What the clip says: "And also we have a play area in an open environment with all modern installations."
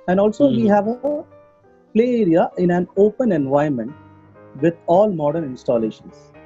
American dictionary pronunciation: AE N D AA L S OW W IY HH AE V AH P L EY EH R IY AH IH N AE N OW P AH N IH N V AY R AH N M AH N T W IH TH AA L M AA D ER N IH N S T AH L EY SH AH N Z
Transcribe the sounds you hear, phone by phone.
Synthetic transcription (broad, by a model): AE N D AA L S OW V IY HH AE V AH P L EY EH R IY AH IH N AE N OW P AH N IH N V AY AH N M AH N T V IH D AA L M AA D ER N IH N S T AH L EY SH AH N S